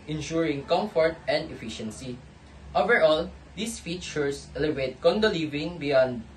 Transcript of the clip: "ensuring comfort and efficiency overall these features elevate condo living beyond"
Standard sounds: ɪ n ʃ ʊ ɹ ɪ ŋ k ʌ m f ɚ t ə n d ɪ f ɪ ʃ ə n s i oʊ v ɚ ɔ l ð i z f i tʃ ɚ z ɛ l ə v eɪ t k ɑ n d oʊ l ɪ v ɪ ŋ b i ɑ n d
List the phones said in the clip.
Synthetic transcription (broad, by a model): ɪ n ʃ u ɹ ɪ ŋ k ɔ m f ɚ t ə n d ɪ f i ʃ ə n s i oʊ v ɚ ɔ l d i s f i tʃ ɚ s ɛ l ə v eɪ t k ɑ n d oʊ l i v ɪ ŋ b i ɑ n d